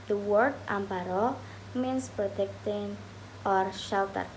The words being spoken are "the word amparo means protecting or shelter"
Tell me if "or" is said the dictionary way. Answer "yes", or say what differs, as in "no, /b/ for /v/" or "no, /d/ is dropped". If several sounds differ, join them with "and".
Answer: yes